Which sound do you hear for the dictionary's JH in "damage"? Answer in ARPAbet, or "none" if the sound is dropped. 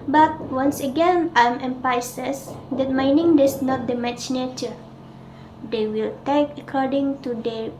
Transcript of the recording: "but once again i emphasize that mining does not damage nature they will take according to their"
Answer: CH